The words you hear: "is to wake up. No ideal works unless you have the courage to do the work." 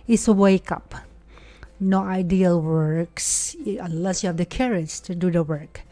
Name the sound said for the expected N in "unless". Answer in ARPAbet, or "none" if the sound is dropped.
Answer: none